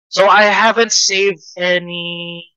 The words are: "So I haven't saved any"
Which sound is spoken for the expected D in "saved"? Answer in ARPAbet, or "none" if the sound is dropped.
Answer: D